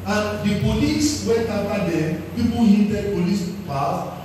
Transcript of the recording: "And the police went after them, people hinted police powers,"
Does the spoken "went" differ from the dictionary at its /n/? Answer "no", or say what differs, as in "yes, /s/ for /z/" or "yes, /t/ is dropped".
yes, /n/ is dropped